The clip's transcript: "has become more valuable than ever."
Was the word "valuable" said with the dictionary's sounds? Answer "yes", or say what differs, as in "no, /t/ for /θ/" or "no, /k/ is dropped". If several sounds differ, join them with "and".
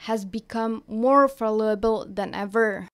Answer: no, /f/ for /v/